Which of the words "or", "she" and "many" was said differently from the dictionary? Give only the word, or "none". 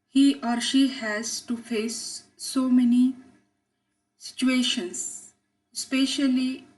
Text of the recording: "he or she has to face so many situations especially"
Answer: none